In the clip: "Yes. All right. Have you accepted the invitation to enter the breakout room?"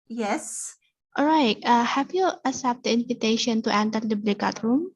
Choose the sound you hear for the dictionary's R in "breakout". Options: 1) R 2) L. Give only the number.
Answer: 2